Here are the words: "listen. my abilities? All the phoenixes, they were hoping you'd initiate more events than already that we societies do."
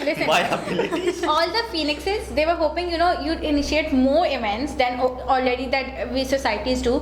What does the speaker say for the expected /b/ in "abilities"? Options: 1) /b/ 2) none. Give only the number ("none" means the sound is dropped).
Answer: 2